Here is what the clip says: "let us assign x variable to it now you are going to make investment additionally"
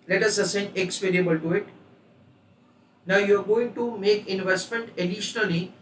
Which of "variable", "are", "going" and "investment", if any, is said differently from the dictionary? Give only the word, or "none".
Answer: variable